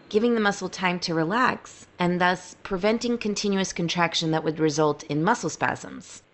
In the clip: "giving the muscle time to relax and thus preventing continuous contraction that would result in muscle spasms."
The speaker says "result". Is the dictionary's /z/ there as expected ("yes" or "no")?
yes